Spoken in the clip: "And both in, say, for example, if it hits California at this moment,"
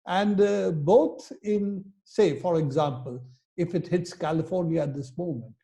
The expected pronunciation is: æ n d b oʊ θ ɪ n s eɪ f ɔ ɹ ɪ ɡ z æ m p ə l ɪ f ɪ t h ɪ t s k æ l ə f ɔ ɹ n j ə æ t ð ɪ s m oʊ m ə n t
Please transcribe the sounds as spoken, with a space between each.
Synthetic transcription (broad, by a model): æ n d b oʊ t ɪ n s eɪ f ɔ ɹ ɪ ɡ z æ m p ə l ɪ f ɪ t h ɪ t s k æ l ə f ɔ ɹ n j ə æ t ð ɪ s m oʊ m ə n t